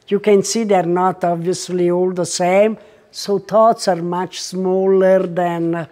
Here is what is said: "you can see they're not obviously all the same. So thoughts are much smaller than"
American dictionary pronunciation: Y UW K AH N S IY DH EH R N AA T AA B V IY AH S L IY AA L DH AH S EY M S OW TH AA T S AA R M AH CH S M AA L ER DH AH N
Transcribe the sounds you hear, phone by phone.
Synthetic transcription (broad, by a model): Y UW K AH N S IY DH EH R N AA T AA B V IY AH S L IY AA L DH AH S EY M S OW T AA T S AA R M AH CH S M AA L ER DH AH N